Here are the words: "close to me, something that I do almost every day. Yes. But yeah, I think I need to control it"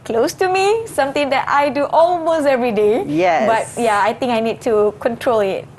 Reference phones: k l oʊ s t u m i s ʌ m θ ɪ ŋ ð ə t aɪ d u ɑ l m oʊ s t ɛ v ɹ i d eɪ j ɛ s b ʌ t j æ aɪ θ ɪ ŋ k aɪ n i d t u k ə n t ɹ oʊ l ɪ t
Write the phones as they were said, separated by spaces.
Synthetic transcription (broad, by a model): k l oʊ s t u m i s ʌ m t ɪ ŋ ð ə t aɪ d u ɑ l m oʊ s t ɛ v ɹ i d eɪ j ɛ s b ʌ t j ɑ aɪ t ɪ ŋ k aɪ n i d t u k ə n t ɹ oʊ l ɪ t